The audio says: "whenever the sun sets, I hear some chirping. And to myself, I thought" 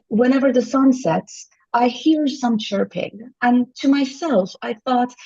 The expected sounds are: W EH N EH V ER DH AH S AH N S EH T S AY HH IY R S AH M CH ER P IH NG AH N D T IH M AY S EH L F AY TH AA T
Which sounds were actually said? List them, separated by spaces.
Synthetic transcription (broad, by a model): W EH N EH V ER DH AH S AH N S EH T S AY HH IY R S AH M CH ER P IH NG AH N T IH M AY S EH L F AY TH AA T